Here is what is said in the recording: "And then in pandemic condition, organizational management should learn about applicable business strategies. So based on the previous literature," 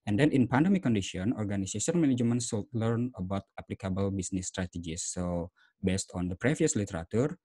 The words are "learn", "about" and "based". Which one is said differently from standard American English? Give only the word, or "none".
none